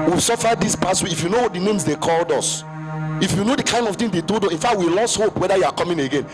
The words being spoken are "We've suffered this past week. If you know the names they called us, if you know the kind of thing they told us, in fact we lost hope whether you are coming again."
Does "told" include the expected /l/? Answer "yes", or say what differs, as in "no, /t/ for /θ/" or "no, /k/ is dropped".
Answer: no, /l/ is dropped